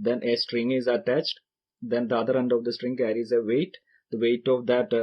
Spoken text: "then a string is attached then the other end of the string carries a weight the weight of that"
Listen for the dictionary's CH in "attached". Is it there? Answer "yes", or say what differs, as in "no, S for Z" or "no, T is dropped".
yes